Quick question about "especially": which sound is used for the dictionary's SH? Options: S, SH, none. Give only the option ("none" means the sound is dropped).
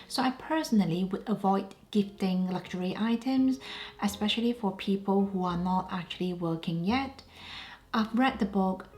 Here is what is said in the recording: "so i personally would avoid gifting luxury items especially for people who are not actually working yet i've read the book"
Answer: SH